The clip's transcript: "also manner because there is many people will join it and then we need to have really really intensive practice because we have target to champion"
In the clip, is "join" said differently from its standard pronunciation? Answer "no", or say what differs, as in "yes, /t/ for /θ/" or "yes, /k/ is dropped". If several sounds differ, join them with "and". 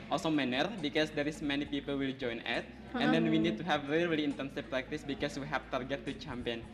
no